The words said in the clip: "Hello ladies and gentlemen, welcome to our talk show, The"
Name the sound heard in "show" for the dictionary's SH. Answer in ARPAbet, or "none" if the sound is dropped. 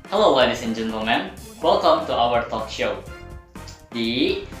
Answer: SH